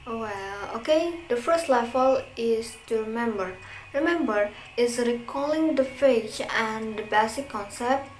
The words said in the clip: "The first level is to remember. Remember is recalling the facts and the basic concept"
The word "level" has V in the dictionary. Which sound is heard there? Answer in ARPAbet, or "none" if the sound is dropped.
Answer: F